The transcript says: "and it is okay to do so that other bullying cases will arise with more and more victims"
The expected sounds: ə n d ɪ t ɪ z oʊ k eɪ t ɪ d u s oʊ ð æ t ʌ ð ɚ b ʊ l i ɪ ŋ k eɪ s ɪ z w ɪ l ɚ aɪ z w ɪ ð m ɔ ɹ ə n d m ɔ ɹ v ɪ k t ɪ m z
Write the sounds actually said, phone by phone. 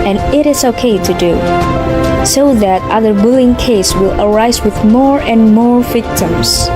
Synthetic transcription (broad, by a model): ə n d ɪ t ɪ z oʊ k eɪ t ɪ d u s oʊ ð æ t ʌ ð ɚ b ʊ l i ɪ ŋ k eɪ ɪ s w ɪ l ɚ aɪ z w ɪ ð m ɔ ɹ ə n m ɔ ɹ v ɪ k t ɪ m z